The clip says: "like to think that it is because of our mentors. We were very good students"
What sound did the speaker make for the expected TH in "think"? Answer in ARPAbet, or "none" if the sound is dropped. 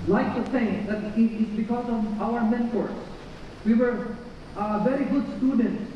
S